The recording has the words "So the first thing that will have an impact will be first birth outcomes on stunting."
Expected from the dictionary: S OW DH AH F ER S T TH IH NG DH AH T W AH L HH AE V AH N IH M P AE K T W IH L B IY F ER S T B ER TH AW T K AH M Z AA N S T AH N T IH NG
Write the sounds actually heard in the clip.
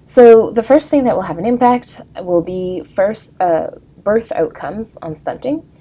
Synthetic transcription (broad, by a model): S OW DH AH F ER S T TH IH NG DH AH T W AH L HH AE V AH N IH M P AE K T W IH L B IY F ER S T B ER TH AW T K AH M Z N S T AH N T IH NG